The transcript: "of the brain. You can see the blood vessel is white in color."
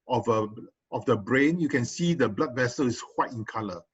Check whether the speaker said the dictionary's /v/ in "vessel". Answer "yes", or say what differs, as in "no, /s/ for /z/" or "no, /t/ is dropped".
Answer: yes